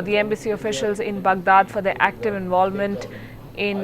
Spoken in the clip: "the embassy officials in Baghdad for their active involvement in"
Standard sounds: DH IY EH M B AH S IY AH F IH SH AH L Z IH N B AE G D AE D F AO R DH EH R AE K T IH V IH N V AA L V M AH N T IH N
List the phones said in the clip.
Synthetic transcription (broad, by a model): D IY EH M B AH S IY AH F IH SH AH L Z IH N B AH G D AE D F AO R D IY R AE K T IH V IH N V AA L V M AH N T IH N